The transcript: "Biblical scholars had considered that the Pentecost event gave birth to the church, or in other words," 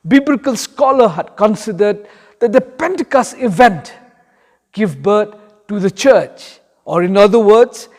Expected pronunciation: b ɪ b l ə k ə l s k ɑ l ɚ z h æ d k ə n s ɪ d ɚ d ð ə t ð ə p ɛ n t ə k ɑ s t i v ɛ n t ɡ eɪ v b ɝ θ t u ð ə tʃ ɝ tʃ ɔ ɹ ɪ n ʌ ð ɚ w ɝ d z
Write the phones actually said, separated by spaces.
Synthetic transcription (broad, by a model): b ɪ b l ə k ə l s k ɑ l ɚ h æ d k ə n s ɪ d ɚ d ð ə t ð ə p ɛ n t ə k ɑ s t i v ɛ n t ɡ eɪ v b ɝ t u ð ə tʃ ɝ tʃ ɔ ɹ ɪ n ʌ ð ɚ w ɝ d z